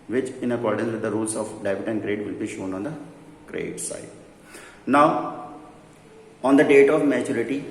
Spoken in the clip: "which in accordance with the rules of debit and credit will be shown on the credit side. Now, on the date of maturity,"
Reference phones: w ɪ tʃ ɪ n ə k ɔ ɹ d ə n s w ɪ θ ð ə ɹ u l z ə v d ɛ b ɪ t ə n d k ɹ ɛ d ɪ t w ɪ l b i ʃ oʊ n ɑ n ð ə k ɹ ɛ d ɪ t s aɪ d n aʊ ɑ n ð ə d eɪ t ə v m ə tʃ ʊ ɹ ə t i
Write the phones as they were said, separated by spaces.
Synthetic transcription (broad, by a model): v ɪ tʃ ɪ n ə k ɔ ɹ d ə n s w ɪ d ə ɹ u l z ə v d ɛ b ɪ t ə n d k ɹ ɛ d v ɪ l b i ʃ oʊ n ɑ n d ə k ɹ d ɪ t s aɪ d n aʊ ɑ n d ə d eɪ t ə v m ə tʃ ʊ ɹ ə t i